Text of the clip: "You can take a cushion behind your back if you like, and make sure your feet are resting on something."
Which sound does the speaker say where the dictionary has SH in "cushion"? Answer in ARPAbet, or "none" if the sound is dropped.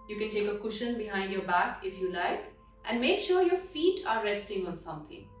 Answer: SH